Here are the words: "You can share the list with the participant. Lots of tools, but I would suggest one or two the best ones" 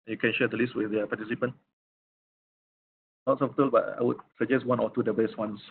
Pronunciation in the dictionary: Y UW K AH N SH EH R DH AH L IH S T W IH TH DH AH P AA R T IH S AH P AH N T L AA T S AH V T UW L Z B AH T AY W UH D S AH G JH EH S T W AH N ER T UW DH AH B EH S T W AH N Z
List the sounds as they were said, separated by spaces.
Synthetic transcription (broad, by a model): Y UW K AH N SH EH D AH L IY S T W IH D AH P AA T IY S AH P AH N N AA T S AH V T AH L B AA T AY W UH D S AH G JH EH S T W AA N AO T UW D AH B EH S T W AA N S